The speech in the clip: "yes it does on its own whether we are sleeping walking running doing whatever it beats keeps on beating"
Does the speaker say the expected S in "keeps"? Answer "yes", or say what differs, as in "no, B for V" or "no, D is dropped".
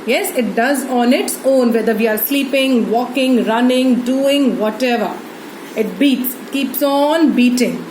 yes